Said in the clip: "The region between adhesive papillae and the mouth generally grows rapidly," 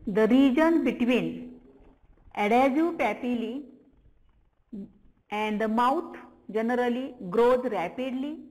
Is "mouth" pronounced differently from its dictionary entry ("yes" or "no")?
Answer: yes